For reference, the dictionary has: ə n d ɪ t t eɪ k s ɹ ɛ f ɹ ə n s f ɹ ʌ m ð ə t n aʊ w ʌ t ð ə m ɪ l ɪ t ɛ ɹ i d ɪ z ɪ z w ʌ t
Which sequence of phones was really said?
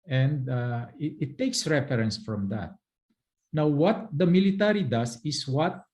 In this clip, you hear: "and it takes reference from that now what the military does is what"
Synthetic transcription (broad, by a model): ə n d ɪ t t eɪ k s ɹ ɛ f ɹ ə n s f ɹ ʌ m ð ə t n aʊ w ʌ t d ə m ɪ l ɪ t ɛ ɹ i d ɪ s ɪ s w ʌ t